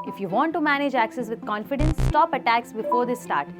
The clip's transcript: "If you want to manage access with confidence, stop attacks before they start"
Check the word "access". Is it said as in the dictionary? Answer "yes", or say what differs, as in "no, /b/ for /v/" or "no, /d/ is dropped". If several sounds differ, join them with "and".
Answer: yes